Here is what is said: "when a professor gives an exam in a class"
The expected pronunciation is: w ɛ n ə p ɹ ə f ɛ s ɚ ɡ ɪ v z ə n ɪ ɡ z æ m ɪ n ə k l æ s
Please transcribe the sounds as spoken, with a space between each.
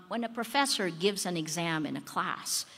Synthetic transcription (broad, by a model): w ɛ n ə p ɹ ə f ɛ s ɚ ɡ ɪ v z ə n ɪ ɡ z æ m ɪ n ə k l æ s